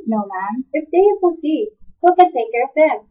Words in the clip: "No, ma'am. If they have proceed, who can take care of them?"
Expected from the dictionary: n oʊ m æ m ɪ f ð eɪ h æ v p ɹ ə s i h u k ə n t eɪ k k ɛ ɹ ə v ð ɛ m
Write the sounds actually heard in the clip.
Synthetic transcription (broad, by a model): n oʊ m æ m ɪ f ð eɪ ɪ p ə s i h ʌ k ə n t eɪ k k ɛ ɹ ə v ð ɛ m